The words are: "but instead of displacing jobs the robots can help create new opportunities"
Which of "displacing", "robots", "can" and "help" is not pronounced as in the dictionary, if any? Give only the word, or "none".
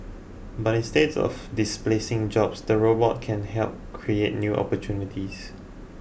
robots